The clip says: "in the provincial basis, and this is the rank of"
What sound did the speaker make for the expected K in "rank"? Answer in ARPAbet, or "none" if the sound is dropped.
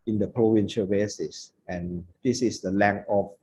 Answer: none